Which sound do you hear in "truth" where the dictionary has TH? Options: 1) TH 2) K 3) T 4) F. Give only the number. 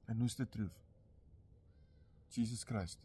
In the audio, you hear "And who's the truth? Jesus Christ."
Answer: 4